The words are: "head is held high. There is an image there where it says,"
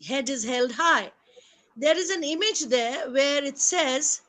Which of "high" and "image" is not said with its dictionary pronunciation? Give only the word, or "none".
none